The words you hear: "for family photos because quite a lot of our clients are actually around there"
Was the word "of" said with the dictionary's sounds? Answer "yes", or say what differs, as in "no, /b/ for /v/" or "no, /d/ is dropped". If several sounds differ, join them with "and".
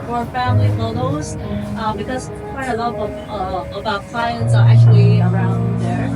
no, /b/ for /v/